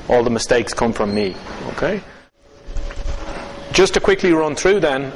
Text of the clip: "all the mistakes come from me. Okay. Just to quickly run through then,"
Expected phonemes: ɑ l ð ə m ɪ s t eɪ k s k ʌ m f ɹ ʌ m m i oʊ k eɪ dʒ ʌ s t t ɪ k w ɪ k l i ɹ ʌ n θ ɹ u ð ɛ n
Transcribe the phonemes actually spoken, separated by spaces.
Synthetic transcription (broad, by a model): ɑ l ð ə m ɪ s t eɪ k s k ʌ m f ɹ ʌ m m i oʊ k eɪ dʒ ʌ s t t ɪ k w ɪ k l i ɹ ʌ n θ ɹ u ð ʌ n